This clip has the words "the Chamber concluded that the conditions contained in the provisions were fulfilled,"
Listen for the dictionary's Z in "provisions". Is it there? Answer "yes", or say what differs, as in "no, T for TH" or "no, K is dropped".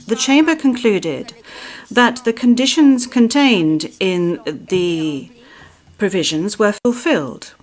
yes